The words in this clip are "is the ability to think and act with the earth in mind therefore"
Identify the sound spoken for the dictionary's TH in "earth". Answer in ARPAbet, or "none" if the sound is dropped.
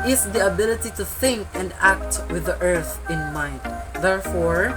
TH